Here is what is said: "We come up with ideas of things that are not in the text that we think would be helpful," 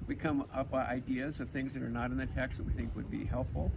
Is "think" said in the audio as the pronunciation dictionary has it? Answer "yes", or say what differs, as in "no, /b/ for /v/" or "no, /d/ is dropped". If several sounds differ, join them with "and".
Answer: yes